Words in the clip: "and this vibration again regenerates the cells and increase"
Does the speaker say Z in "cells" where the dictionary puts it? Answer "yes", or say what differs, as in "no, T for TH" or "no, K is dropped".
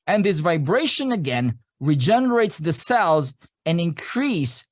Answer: yes